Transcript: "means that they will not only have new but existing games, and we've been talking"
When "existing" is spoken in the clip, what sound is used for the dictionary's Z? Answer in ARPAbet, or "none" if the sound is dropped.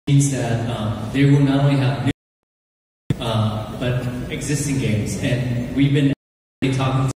Z